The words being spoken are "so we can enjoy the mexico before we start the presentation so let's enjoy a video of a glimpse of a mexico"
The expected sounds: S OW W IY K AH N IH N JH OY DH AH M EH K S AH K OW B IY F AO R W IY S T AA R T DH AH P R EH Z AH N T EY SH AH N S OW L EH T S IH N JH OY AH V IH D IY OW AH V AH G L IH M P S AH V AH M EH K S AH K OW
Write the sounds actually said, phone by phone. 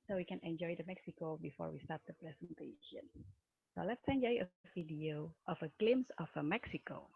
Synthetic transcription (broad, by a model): S OW W IY K AH N IH N JH OY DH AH M EH K S AH K OW B IY F AO R W IY S T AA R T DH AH P R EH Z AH N T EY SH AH N S OW L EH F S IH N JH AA AH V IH D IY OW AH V AH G L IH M S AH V AH M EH K S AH K OW